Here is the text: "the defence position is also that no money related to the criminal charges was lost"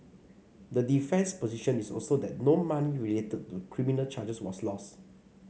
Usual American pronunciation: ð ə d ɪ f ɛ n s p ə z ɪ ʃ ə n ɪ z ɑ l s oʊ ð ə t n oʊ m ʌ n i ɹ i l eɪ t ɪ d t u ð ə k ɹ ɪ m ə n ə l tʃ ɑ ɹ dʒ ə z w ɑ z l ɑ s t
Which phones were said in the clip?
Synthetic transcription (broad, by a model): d ə d ɪ f ɛ n s p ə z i ʃ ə n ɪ s ɑ l s oʊ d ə t n oʊ m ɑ n i ɹ i l eɪ t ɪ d t u k ɹ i m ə n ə l tʃ ɑ dʒ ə s w ɑ s l ɑ s t